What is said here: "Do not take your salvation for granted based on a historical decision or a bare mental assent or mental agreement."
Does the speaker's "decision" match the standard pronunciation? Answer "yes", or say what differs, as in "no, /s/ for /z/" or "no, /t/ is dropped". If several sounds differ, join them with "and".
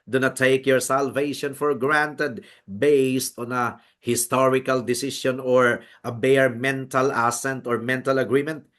no, /ʃ/ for /ʒ/